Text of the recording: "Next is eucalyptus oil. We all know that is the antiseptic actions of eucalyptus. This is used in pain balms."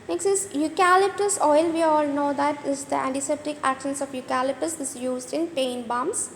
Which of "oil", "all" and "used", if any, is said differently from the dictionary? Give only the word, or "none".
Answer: none